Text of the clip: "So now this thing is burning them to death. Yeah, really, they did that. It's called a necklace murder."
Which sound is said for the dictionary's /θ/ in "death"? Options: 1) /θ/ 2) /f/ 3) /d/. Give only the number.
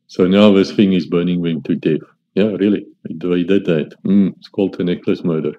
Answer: 2